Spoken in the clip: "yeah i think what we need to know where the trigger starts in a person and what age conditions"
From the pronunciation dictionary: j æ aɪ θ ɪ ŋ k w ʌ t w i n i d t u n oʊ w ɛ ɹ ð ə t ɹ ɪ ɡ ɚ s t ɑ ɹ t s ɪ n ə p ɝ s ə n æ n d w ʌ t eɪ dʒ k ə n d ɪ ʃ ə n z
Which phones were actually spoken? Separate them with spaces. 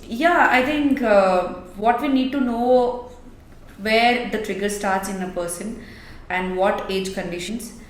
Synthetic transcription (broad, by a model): j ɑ aɪ t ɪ ŋ k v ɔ t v i n i d t u n oʊ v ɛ ɹ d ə t ɹ ɪ ɡ ɚ s t ɑ ɹ t s ɪ n ə p ɝ s ə n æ n d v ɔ t eɪ dʒ k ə n d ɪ ʃ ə n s